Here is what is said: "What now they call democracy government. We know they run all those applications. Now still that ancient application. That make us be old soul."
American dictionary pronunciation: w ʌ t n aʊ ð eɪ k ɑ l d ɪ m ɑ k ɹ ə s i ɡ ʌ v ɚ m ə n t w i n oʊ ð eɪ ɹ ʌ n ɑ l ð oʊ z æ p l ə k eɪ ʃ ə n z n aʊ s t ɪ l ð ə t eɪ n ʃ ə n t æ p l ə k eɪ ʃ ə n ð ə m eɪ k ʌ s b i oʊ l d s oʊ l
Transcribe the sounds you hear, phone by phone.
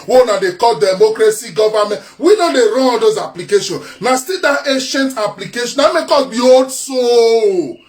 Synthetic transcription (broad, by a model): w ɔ n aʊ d eɪ k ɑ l d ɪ m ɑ k ɹ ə s i ɡ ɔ v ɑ m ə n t w i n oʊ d eɪ ɹ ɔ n ɑ l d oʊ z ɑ p l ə k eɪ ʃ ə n n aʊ s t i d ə t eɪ ʃ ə n t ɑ p l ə k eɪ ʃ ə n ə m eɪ k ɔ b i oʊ d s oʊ